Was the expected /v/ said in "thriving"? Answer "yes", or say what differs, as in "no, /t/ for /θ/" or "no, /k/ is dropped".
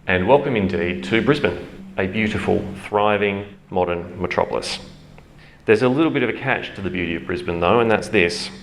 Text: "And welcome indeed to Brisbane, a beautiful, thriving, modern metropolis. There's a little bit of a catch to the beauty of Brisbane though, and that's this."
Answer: yes